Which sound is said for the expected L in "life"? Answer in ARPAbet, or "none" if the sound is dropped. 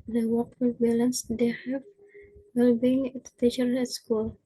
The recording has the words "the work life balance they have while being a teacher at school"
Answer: W